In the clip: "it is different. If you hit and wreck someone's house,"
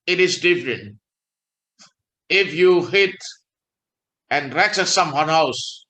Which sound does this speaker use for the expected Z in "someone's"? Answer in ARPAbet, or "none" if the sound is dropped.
none